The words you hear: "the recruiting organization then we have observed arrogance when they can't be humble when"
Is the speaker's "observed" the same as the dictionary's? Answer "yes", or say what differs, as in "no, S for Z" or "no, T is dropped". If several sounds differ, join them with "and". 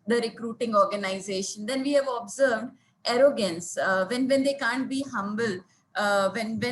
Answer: yes